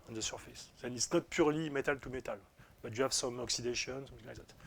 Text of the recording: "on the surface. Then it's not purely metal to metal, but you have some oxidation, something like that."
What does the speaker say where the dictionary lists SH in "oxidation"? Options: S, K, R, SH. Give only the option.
SH